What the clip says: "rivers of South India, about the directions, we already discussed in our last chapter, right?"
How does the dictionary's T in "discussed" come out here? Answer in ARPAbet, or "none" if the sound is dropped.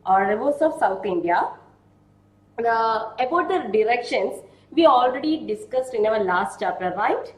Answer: T